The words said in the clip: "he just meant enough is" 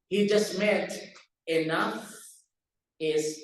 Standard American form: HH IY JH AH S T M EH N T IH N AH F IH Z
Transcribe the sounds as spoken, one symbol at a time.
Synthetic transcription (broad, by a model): HH IY JH AH S T M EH T IH N AH F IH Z